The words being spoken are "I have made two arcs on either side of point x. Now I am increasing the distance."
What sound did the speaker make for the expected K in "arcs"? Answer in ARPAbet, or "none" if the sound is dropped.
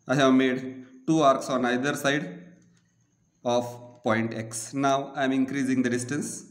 K